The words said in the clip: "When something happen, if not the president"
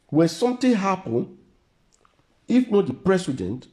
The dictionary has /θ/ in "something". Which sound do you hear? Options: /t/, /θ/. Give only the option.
/t/